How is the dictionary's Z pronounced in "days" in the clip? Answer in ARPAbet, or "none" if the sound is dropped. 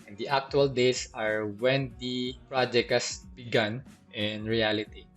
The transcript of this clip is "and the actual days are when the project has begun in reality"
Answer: S